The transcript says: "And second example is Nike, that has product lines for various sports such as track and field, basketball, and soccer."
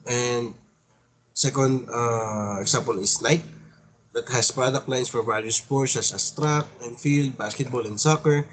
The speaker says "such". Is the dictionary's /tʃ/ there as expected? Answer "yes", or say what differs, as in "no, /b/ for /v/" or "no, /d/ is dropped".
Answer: no, /s/ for /tʃ/